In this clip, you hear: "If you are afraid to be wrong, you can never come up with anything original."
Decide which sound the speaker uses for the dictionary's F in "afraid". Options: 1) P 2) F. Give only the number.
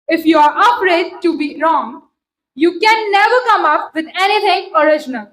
1